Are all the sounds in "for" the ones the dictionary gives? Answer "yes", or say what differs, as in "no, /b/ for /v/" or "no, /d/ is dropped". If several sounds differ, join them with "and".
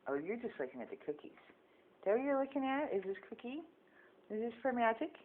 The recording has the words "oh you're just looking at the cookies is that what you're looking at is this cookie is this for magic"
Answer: no, /p/ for /f/